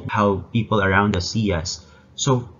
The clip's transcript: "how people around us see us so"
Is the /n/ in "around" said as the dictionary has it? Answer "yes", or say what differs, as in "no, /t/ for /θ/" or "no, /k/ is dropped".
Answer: yes